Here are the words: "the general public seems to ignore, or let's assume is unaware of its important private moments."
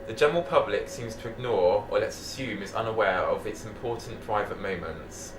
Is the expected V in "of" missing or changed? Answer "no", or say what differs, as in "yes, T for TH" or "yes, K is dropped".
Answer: no